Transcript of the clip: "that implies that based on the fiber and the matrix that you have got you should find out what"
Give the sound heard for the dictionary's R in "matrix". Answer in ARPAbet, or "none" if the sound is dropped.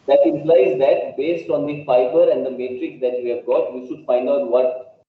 R